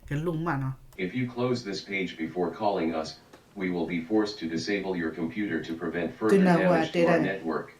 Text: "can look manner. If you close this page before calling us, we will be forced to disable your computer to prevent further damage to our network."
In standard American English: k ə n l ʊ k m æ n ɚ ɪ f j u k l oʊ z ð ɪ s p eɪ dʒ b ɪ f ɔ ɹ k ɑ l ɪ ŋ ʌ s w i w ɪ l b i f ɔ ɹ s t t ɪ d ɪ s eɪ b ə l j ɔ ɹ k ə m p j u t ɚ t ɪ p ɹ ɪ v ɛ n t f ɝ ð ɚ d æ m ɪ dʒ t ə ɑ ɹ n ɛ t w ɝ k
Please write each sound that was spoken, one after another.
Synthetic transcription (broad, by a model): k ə l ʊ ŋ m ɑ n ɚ ɪ f j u k l oʊ z ð ɪ s p eɪ dʒ b ɪ f ɔ ɹ k ɑ l ɪ ŋ ʌ s w i w ɪ l b i f ɔ ɹ s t t ɪ d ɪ s eɪ b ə l j ɔ ɹ k ə m p j u t ɚ t ɪ p ɹ ɪ v ɛ n t f ɝ ɚ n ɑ ɪ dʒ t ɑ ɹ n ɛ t w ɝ k